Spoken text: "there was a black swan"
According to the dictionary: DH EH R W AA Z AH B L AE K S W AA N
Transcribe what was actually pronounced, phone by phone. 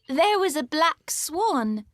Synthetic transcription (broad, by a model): DH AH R W AA Z AH B L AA K S W AA N